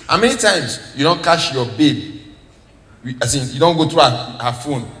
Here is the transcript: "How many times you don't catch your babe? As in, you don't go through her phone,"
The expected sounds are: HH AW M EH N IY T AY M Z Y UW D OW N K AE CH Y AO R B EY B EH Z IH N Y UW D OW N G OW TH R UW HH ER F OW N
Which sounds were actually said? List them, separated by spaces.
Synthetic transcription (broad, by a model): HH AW M EH N IY T AY M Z Y UW D OW N K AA SH Y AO B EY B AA S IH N Y UW D OW N G OW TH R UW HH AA F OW N